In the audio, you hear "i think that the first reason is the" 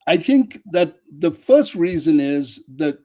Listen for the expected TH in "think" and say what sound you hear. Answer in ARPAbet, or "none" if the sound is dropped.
TH